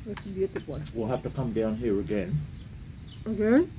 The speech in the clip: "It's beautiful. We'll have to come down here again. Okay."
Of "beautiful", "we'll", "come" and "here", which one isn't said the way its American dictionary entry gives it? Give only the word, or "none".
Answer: beautiful